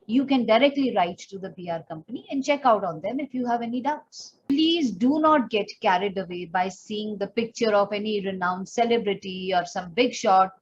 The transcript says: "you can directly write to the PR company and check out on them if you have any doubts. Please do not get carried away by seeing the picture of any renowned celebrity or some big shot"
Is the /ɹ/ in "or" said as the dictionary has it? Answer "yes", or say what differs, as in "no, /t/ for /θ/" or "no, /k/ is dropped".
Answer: yes